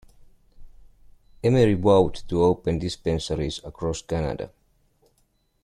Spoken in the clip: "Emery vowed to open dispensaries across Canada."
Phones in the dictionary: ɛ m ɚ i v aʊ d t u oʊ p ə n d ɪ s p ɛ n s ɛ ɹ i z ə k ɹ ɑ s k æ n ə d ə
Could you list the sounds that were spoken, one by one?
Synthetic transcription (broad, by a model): ɛ m ɚ i w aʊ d t u oʊ p ə n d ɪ s p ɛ n s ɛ ɹ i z ə k ɹ ɑ s k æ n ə d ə